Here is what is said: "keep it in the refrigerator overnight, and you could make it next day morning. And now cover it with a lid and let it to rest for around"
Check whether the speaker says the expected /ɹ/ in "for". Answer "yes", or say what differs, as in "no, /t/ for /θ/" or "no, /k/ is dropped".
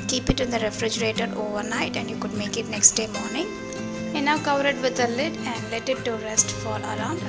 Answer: no, /l/ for /ɹ/